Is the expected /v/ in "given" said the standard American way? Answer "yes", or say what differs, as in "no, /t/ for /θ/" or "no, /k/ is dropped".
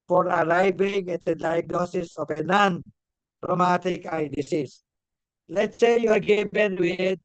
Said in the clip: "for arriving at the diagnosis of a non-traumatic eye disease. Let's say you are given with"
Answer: no, /b/ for /v/